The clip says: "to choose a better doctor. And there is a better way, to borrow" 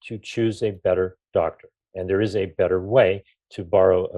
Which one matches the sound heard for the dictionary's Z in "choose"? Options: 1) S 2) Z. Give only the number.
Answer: 2